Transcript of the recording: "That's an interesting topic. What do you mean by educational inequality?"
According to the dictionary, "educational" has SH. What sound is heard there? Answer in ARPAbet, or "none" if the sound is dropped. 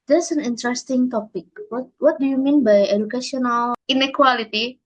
S